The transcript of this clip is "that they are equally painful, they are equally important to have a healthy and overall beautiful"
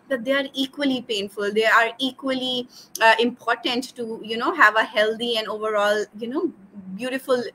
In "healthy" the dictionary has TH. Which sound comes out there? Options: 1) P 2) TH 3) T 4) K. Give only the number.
3